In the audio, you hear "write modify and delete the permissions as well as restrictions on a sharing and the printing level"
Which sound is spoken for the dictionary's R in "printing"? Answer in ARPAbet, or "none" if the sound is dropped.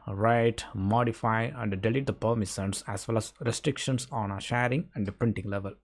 R